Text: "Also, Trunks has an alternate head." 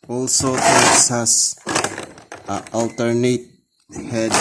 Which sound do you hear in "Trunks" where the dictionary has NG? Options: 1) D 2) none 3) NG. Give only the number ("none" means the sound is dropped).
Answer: 2